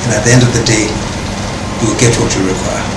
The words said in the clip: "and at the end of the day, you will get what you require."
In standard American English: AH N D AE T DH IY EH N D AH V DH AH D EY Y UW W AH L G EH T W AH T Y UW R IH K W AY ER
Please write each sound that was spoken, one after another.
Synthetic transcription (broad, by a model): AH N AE T DH IY EH N D AH V DH AH D EY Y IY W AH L G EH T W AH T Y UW R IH K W AY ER